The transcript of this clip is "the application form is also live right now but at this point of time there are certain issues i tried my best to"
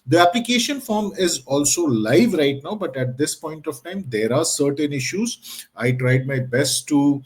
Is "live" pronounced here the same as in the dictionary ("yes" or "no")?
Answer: yes